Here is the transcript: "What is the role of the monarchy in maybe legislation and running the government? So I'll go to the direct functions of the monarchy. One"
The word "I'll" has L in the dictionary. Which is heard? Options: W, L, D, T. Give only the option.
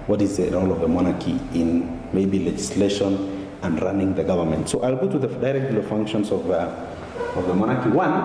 L